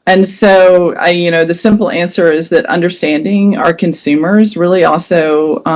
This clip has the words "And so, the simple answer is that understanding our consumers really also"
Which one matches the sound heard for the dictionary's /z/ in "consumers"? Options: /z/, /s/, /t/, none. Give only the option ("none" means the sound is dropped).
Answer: /z/